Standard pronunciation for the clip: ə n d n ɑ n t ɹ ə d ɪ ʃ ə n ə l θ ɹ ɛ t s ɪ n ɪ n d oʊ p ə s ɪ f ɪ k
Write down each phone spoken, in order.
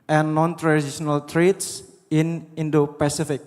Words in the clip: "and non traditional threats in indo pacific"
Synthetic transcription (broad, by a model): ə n n ɑ n t ɹ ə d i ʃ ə n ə l t ɹ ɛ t s ɪ n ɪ n d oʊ p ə s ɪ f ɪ k